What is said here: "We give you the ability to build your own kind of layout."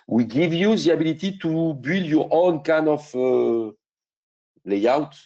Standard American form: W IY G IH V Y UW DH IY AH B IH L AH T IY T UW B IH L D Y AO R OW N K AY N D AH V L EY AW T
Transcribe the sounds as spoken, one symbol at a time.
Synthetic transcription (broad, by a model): W IY G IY V Y UW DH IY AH B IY L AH T IY T UW B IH L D Y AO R OW N K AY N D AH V L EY AW T